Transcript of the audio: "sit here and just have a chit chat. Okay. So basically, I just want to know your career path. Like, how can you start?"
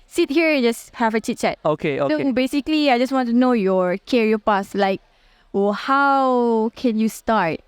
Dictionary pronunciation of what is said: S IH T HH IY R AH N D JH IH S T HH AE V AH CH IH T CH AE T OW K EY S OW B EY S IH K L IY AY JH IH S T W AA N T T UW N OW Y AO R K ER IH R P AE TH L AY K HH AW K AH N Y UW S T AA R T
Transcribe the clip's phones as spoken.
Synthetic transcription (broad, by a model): S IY T HH IY R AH N JH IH S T HH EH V AH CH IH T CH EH T OW K EY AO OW B EY S IH K L IY AY JH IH S W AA N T T UW N OW Y AO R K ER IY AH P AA S L AY K HH AW K AH N Y UW S T AA R T